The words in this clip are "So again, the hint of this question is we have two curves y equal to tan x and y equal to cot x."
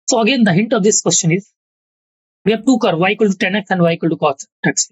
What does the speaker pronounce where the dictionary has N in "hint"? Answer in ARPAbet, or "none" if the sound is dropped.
N